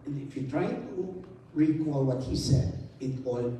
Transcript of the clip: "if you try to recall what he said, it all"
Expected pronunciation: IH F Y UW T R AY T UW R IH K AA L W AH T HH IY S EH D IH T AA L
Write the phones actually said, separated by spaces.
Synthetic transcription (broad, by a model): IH F Y UW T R AY T UW R IH K AA L W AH T HH IY S EH D IH T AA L